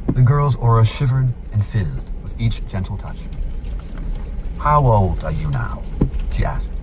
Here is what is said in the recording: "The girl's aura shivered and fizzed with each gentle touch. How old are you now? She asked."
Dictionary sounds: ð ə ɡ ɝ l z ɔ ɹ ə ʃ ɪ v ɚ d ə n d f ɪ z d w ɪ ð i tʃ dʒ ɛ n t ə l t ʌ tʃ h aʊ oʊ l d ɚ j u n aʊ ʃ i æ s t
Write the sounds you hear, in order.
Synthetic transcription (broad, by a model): ð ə ɡ ɝ l z ɔ ɹ ə ʃ ɪ v ɚ d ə n f ɪ z d w ɪ ð i tʃ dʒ ɛ n t l t ʌ tʃ h aʊ oʊ l d ɚ j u n aʊ ʃ i æ s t